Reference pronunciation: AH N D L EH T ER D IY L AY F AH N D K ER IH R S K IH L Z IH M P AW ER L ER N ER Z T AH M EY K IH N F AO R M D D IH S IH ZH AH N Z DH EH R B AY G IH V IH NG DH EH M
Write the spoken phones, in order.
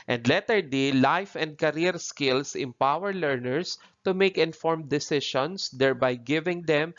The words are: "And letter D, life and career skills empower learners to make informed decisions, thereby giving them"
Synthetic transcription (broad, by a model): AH N D L EH T ER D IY L AY F AH N D K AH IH R S K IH L S IH M P AW ER L ER N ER S T AH M EY K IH N F AO R M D D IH S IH SH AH N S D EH R B AY G IH V IH NG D EH M